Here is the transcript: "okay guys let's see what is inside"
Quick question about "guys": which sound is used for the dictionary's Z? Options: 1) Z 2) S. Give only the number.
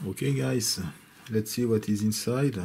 2